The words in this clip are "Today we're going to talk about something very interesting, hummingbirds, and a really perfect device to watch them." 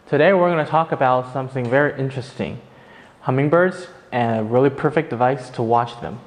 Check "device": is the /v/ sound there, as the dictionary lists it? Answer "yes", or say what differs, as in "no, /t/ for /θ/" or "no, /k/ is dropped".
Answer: yes